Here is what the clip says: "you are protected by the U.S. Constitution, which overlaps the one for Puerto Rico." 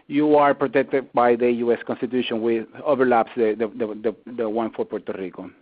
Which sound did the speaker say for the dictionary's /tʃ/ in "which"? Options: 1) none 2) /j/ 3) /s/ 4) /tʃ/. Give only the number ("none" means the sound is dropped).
1